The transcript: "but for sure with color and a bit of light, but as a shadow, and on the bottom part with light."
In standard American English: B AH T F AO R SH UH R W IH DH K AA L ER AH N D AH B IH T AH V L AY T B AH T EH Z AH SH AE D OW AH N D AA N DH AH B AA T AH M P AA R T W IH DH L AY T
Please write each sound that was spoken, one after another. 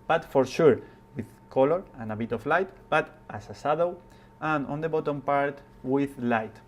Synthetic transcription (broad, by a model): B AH T F AO R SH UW R W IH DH K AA L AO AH N AH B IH T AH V L AY T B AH T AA S AH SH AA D OW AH N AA N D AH B AA T AH M P AA R T W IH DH L AY T